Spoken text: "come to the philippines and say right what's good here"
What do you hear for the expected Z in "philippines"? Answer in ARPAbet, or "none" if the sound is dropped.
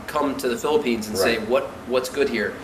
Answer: Z